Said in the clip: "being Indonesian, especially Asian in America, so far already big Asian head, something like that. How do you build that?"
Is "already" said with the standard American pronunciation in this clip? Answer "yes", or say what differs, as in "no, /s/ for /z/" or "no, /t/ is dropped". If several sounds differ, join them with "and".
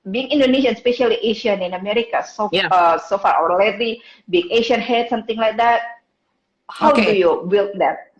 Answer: no, /l/ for /ɹ/